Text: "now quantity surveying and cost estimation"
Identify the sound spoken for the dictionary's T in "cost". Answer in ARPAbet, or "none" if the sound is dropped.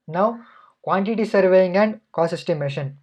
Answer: none